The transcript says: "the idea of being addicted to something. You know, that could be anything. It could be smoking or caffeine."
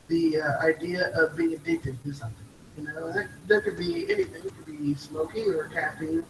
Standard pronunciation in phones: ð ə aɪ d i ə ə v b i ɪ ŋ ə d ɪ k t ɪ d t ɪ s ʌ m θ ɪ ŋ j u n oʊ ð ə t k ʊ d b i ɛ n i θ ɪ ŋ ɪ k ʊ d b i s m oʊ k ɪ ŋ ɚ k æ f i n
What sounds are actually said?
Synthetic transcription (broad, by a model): ð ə aɪ d i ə ə v b i ɪ ŋ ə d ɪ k t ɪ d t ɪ s ʌ m θ ɪ ŋ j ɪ n oʊ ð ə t k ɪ d b i ɛ n i θ ɪ ŋ ɪ k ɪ d b i s m oʊ k ɪ ŋ ɚ k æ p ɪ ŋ